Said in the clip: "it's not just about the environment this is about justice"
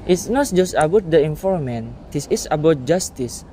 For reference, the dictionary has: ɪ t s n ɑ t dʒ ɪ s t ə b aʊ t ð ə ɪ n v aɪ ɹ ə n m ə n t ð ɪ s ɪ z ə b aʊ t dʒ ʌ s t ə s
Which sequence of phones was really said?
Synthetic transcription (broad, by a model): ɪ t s n ɑ t dʒ ɪ s t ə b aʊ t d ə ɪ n f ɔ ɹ m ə n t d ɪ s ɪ s ə b aʊ t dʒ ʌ s t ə s